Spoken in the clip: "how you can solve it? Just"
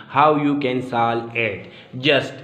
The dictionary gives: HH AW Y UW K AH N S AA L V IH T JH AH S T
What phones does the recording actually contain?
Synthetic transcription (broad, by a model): HH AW Y UW K AH N S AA L IH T JH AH S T